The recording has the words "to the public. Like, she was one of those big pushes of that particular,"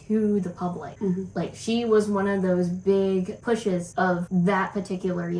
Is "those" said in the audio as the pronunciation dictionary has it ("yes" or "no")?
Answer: yes